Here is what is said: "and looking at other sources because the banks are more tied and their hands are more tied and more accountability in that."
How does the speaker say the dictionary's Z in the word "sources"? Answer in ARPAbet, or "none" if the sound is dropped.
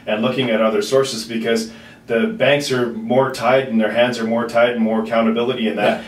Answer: Z